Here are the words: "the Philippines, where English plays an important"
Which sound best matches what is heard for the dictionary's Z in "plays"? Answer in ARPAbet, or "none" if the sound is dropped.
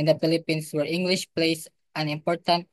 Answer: S